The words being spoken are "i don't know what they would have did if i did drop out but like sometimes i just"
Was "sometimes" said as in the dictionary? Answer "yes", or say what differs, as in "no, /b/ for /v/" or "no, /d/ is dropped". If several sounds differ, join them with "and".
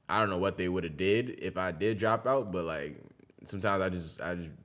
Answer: yes